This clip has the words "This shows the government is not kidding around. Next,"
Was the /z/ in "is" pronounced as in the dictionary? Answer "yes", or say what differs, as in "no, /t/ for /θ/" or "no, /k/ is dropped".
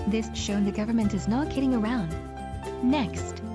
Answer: yes